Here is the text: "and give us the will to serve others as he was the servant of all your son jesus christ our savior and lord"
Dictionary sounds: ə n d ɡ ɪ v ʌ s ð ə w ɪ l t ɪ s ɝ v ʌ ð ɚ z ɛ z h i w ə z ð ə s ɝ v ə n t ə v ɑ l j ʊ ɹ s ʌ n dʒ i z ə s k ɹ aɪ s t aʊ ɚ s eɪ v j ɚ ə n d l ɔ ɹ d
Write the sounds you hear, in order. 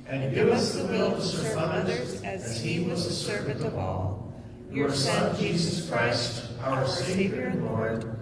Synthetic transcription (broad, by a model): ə n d ɡ ɪ v ʌ s ð ə w ɪ l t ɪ s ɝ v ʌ ɚ ɪ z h i w ə z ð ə s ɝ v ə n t ə v ɑ l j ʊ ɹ s ʌ n dʒ i z ə s k ɹ aɪ s t aʊ ɚ s eɪ v j ɚ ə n l ɔ ɹ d